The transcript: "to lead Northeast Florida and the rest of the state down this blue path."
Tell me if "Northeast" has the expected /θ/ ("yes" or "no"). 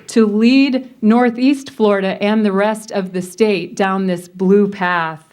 yes